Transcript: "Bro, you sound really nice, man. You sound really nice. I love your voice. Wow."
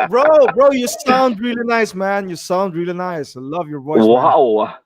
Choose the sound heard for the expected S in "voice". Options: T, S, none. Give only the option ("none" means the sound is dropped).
none